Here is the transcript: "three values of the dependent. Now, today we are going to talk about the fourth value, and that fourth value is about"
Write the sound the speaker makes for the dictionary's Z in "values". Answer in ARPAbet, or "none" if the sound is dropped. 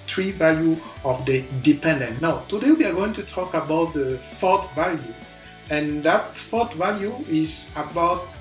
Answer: none